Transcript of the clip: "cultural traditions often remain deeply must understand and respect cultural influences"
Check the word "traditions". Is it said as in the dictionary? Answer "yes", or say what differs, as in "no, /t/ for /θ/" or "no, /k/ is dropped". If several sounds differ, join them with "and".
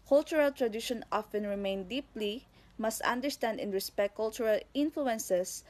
no, /z/ is dropped